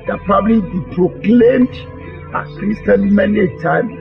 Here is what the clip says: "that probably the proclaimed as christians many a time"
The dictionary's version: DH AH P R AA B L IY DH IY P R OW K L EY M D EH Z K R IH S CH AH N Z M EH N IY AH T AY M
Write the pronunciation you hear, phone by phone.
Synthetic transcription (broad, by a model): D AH P R AA B L IY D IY P R OW K L EY M D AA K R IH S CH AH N M EH N IY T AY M